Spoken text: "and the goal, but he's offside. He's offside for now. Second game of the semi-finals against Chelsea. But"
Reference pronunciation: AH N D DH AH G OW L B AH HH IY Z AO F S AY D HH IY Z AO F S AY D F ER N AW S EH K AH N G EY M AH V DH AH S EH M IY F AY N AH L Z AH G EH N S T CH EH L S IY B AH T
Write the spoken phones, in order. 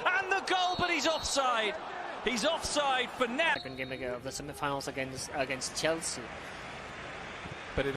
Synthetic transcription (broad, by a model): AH N DH AH G OW L B AH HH IY Z AO F S AY D HH IY Z AO F S AY D F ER N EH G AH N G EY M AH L DH AH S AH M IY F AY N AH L S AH G EH N S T CH EH L S IY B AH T